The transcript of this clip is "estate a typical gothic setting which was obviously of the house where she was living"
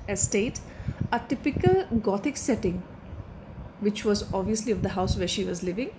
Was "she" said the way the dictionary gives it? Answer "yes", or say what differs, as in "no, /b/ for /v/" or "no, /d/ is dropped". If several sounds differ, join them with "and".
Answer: yes